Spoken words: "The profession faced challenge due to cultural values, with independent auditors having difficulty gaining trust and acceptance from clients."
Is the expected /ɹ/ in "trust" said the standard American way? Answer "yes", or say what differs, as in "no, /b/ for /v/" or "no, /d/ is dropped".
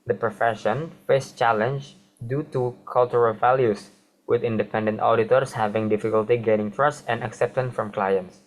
yes